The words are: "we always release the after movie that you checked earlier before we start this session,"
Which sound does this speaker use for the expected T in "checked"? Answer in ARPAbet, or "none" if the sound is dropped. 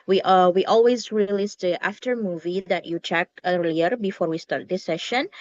none